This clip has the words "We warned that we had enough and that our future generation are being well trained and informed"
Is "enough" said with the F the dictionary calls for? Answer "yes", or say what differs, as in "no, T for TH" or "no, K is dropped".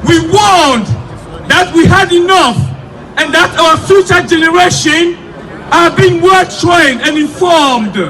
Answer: yes